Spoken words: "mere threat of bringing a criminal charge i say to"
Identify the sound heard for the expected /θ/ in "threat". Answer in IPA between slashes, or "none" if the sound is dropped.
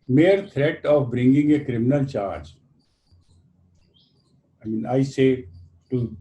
/t/